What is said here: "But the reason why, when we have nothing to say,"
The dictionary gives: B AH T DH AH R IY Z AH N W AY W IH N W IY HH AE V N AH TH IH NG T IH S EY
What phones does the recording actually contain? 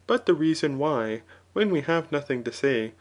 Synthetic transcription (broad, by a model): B AH T DH AH R IY Z AH N W AY W IH N W IY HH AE V N AH TH IH NG T IH S EY